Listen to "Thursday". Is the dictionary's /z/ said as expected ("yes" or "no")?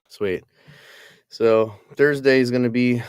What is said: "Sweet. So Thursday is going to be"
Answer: yes